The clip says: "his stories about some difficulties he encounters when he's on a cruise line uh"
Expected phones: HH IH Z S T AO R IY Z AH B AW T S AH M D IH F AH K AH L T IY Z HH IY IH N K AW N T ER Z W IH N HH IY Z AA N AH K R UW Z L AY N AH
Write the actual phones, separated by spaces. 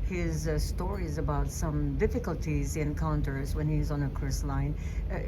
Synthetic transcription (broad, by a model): HH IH Z S T AO R IY Z AH B AW T S AH M D IH F AH K AH L T IY Z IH N K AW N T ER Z W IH N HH IY Z N AH K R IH S L AY N